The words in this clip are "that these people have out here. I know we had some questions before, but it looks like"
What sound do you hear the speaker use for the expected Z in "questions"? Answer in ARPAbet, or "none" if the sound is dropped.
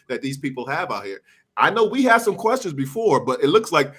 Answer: Z